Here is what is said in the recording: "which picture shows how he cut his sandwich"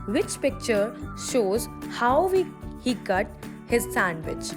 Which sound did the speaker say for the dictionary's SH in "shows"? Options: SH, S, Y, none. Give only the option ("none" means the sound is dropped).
SH